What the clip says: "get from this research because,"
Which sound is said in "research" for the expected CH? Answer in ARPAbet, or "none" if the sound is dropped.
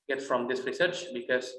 CH